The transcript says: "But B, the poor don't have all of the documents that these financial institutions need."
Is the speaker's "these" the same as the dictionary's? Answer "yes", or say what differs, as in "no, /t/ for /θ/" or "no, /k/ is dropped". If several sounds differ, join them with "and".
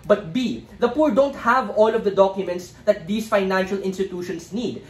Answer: no, /s/ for /z/